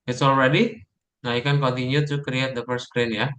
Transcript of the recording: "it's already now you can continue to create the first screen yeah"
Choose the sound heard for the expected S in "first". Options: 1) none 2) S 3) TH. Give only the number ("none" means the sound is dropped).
1